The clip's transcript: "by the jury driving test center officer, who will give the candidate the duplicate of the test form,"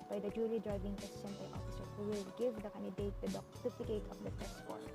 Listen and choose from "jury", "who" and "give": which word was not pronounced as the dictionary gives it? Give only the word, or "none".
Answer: jury